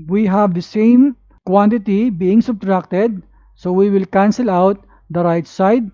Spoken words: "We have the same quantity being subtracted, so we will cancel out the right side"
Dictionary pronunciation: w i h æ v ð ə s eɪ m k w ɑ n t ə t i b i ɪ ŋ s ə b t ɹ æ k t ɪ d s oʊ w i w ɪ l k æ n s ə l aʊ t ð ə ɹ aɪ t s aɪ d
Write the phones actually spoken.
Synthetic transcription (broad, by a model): w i h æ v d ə s eɪ m k w ɑ n t ə t i b i ɪ ŋ s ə b t ɹ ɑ k t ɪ d s oʊ w i w ɪ l k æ n s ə l aʊ t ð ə ɹ aɪ t s aɪ d